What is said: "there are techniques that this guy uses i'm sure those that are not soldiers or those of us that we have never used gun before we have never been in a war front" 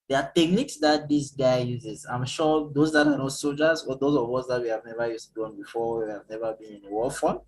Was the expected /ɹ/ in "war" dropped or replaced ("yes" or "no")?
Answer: yes